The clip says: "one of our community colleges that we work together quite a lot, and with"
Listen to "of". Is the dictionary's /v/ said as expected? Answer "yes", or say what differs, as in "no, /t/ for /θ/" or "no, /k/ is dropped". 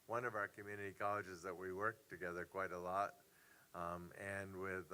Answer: yes